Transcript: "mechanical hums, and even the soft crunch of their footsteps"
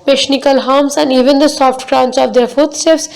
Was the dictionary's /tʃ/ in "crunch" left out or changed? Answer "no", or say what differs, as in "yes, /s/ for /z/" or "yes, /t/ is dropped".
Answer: yes, /s/ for /tʃ/